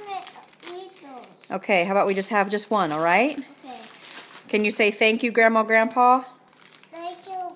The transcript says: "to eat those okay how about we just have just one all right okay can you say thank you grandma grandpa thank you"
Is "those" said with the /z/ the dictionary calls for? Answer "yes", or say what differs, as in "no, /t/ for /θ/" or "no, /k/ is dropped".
no, /z/ is dropped